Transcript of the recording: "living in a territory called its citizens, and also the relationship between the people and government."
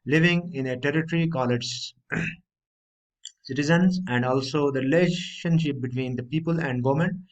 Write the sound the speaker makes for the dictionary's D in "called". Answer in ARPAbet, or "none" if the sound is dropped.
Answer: none